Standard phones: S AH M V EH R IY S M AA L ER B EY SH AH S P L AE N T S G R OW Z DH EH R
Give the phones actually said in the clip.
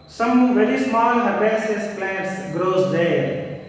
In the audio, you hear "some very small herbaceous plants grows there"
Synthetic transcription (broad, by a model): S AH M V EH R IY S M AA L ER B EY S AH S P L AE N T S G R OW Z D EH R